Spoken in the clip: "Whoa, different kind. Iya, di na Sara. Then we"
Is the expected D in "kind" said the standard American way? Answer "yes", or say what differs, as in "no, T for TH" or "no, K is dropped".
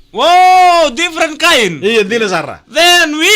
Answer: no, D is dropped